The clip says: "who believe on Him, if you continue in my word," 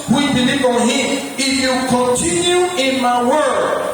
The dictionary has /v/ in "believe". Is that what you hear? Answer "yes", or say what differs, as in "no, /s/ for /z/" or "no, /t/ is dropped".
no, /b/ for /v/